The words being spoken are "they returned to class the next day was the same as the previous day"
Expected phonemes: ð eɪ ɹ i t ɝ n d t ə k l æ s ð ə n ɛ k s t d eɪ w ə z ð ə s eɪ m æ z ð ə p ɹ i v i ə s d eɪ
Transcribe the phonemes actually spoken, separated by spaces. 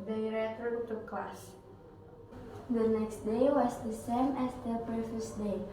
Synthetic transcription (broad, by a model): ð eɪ ɹ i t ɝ d t ə k l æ s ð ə n ɛ k s t d eɪ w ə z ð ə s eɪ m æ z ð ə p ɛ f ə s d eɪ